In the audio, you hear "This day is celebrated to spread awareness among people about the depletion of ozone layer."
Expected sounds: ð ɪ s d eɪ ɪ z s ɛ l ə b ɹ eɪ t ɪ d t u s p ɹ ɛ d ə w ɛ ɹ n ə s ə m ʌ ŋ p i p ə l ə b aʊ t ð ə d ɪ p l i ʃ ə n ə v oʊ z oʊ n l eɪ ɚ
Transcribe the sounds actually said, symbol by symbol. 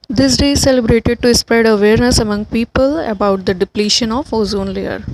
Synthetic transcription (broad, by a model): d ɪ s d eɪ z s ɛ l ə b ɹ eɪ t ɪ d t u s p ɹ ɛ d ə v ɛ ɹ n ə s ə m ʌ ŋ p i p ə l ə b aʊ t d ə d ɪ p l i ʃ ə n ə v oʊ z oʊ n l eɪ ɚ